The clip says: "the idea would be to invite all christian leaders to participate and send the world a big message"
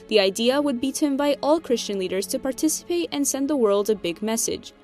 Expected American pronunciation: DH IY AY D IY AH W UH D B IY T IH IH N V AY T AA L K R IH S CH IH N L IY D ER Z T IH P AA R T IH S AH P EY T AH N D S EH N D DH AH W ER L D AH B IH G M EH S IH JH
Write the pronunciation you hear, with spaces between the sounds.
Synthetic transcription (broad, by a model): DH IY AY D IY AH W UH D B IY T IH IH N V AY T AA L K R IH S CH IH N L IY D ER Z T IH P AA R T IH S AH P EY T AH N S EH N DH AH W ER L D AH B IH G M EH S IH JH